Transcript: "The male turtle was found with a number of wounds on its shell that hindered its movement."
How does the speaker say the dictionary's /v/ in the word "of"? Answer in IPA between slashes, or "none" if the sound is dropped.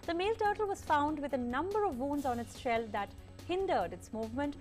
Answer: /v/